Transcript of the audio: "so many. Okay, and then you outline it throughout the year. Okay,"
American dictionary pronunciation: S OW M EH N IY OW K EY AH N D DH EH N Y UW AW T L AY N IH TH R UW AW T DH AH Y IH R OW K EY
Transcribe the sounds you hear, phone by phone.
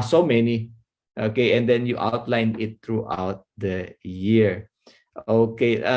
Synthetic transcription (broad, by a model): S OW M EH N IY OW K EY AH N D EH N Y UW AW T L AY N IH T R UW AW T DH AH Y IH R OW K EY